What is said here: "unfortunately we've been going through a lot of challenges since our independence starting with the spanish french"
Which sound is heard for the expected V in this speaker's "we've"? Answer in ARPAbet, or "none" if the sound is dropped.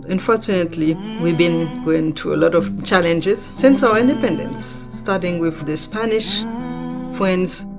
V